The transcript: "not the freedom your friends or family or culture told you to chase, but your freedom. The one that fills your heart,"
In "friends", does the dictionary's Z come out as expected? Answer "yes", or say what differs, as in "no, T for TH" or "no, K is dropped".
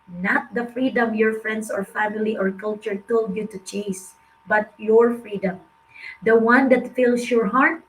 no, S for Z